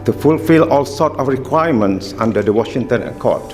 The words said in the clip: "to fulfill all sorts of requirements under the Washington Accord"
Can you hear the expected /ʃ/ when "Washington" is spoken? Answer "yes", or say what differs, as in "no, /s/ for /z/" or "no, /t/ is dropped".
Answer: yes